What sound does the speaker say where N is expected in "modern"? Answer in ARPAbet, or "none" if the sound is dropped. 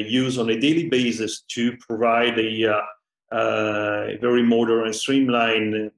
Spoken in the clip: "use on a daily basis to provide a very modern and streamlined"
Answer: none